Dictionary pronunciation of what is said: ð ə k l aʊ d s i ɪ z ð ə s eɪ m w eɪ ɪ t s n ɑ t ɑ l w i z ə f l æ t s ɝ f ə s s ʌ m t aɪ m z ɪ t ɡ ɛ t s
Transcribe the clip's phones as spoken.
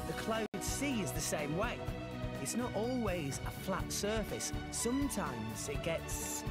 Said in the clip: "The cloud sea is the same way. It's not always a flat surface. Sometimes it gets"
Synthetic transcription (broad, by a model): ð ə k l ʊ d s i ɪ z ð ə s eɪ m w eɪ ɪ t s n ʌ t ɑ l w i z ə f l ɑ t s ɝ f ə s s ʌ m t aɪ m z ɪ t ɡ ɛ t s